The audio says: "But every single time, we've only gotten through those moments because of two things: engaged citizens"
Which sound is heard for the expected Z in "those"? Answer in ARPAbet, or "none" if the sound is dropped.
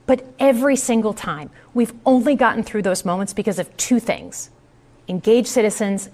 Z